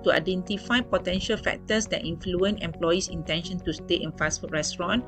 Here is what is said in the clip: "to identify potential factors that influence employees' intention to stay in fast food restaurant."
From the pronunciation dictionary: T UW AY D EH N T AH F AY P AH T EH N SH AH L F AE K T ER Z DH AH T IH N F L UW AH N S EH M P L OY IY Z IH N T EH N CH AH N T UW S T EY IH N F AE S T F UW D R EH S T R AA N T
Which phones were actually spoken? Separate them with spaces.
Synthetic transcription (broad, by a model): T UW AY D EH N T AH F AY P AH T EH N SH AH L F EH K T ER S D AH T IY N F L UW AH N EH M P L OY IY S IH N T EH N SH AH N T UW S T EY IH N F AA S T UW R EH S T R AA N